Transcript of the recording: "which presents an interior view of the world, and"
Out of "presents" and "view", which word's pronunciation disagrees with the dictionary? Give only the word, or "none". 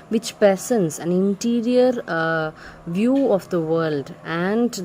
presents